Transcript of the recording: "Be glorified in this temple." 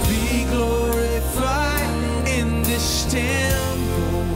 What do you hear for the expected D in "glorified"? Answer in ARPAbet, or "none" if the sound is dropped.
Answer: none